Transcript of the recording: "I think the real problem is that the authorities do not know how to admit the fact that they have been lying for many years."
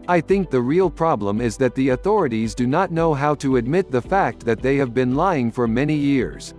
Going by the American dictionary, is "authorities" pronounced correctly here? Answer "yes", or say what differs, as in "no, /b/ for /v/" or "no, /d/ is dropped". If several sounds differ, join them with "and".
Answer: yes